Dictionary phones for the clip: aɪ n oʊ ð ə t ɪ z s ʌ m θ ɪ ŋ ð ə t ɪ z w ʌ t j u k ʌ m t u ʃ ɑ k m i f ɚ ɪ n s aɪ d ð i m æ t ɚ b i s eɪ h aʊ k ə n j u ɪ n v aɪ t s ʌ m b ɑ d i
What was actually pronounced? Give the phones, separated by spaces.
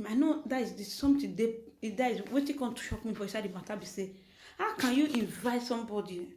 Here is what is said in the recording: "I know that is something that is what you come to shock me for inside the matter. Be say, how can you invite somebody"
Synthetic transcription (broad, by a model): aɪ n oʊ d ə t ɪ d s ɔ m t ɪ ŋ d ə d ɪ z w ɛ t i k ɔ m t u ʃ ɑ k m i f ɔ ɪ s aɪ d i m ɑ t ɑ b i s eɪ h aʊ k ə n j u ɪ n v aɪ t s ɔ m b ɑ d i